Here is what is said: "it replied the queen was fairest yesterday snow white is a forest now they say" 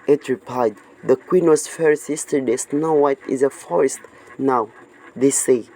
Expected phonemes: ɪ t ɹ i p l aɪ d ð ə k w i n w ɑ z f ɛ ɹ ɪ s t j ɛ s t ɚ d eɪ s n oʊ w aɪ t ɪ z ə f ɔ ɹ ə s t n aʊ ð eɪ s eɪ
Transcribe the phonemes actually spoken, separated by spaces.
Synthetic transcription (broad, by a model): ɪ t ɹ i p aɪ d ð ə k w i n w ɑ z f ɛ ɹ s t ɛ s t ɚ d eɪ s n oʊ w aɪ t ɪ z ə f ɔ ɹ ə s t n aʊ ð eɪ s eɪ